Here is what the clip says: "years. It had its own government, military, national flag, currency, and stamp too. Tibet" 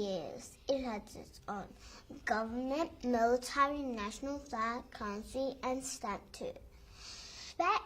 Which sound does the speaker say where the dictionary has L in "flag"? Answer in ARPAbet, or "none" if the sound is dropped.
none